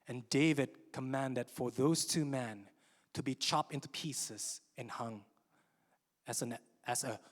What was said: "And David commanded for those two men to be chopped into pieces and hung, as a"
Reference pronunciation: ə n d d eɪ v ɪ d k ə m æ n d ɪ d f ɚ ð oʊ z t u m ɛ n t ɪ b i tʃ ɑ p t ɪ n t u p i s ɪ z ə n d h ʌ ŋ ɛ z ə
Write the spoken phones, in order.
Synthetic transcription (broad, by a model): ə n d d eɪ v ɪ d k ə m æ n d ɪ d f ɚ ð oʊ z t u m ɛ n t ɪ b i tʃ ɑ p t ɪ n t u p i s ɪ z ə n h ʌ ŋ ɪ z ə